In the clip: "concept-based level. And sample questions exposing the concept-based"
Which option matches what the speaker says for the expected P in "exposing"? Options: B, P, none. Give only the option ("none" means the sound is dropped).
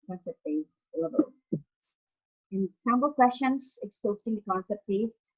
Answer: none